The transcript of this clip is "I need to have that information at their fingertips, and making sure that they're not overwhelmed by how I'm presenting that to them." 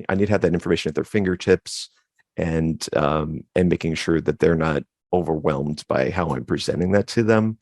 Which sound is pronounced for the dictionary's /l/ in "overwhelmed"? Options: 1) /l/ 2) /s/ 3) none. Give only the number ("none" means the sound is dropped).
1